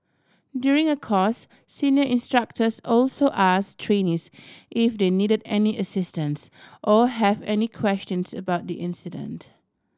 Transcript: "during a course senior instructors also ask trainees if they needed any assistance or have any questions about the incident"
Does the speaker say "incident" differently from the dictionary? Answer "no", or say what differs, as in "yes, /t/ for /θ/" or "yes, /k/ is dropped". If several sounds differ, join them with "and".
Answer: no